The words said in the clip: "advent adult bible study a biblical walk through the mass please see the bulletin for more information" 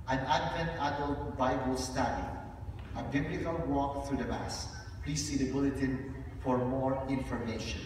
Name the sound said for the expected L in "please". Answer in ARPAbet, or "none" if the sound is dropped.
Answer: L